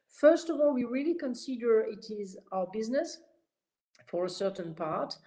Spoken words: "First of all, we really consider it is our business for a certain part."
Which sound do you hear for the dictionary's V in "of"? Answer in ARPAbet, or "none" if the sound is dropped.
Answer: V